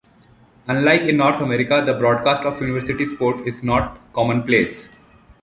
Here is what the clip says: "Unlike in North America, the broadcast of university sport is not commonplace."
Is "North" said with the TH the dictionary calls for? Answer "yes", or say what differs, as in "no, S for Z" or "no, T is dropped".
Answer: no, T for TH